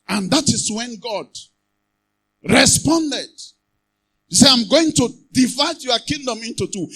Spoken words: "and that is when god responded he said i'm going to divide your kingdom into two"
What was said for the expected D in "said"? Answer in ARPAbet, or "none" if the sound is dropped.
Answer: none